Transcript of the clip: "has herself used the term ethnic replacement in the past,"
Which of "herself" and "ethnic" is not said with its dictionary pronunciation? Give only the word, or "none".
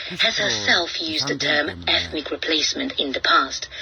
none